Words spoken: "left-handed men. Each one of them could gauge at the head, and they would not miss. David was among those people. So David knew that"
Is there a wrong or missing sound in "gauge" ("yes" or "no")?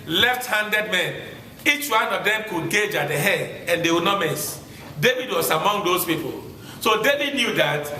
no